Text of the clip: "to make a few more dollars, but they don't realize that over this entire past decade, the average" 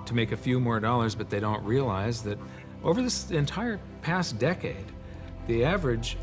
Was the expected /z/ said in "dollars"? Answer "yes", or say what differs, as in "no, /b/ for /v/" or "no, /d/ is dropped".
yes